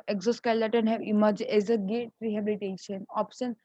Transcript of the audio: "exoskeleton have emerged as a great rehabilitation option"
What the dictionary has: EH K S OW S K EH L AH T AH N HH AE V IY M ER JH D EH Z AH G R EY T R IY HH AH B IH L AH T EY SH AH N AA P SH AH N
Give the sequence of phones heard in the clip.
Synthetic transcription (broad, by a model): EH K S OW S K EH L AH T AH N HH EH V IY M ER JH EH Z AH G EY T R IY HH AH B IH L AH T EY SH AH N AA P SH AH N